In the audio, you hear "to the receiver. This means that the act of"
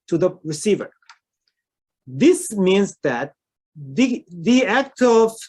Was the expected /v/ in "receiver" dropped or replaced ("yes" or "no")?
no